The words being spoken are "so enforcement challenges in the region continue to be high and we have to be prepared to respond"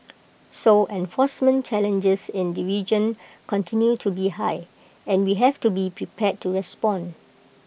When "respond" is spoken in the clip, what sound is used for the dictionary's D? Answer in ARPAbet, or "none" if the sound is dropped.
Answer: none